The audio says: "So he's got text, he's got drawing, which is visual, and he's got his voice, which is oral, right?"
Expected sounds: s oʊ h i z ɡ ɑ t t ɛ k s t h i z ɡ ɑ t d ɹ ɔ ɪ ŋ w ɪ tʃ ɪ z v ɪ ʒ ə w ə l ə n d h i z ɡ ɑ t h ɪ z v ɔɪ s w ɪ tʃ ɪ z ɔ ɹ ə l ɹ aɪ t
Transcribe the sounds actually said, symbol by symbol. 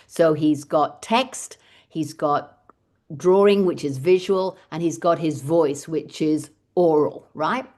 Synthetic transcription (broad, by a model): s oʊ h i z ɡ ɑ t t ɛ k s t h i z ɡ ɑ t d ɹ ɔ ɪ ŋ w ɪ tʃ ɪ z v ɪ ʒ ə w ə l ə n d i z ɡ ɑ t h ɪ z v ɔɪ s w ɪ tʃ ɪ z ɔ ɹ l ɹ aɪ t